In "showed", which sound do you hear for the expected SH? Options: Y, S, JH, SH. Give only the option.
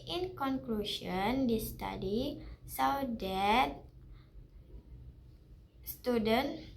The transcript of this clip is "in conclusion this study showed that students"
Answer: S